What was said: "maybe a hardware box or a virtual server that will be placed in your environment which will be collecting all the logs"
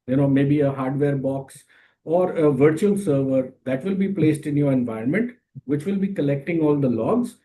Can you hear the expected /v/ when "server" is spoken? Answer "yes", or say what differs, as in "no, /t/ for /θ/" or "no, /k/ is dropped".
yes